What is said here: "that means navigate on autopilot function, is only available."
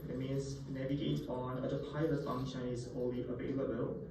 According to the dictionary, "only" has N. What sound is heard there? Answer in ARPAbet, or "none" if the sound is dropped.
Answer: none